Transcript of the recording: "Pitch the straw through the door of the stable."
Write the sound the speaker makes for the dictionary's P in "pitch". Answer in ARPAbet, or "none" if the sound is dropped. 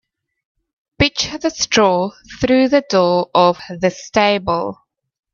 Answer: B